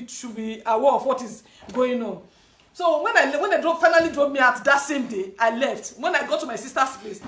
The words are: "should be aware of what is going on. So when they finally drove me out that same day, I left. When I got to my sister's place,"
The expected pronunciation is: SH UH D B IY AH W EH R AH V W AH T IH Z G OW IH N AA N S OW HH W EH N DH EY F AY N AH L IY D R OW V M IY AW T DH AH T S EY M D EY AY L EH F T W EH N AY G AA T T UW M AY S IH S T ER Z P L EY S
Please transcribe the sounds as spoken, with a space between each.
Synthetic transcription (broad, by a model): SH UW B IY AH W EH R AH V W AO T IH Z G OW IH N AA N S OW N W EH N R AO F AY N AH L IY D R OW P M IY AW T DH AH T S EY M D EY AY L EH F T W EH N AY G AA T T UW M AY S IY S T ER S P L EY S